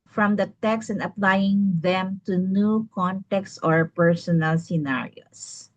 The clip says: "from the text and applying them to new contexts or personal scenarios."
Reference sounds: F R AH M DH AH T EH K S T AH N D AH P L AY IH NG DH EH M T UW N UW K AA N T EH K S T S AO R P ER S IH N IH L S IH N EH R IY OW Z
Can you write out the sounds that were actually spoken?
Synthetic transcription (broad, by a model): F R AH M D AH T EH K S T AH N D AH P L AY IH NG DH EH M T UW N UW K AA N T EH K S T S AO R P ER S IH N IH L S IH N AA R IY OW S